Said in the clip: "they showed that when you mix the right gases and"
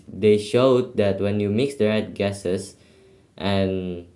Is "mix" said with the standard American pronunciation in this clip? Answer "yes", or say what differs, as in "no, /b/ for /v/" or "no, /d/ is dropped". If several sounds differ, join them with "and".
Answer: yes